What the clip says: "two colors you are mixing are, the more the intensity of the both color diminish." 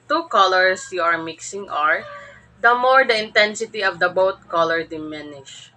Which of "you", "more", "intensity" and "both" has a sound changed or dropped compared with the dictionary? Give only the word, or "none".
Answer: both